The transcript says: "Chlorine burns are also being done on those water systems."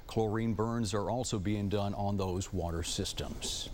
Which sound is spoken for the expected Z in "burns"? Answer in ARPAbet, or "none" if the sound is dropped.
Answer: Z